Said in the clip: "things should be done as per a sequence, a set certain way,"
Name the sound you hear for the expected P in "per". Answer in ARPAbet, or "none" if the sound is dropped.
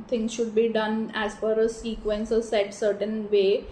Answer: F